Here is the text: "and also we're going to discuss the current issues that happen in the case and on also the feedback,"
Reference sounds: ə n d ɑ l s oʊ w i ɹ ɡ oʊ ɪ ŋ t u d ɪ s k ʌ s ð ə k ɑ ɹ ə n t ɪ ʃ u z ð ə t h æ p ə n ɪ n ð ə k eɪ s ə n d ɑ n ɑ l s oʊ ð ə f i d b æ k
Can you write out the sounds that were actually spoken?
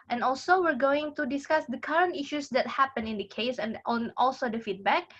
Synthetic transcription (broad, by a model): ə n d ɑ l s oʊ w i ɹ ɡ oʊ ɪ ŋ t u d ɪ s k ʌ s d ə k ɑ ɹ ə n t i ʃ u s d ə t h æ p ə n ɪ n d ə k eɪ s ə n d ɑ n ɑ l s oʊ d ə f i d b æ k